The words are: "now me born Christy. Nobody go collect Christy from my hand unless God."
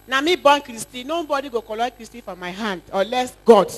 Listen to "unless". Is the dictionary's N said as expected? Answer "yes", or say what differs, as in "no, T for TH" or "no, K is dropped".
no, N is dropped